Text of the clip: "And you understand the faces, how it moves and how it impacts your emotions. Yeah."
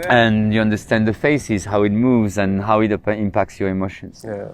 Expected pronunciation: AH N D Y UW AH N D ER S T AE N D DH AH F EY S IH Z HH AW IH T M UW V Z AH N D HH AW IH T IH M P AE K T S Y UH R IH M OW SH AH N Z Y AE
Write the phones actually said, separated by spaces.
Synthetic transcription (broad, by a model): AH N Y UW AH N D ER S T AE N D DH AH F EY S IH Z HH AW IH T M UW V Z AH N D HH AW IH T IH M P AE K T S Y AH R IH M OW SH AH N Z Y